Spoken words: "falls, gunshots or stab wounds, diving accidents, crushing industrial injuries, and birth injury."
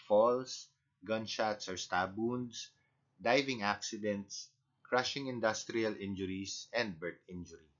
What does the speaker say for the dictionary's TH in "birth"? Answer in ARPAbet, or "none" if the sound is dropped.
T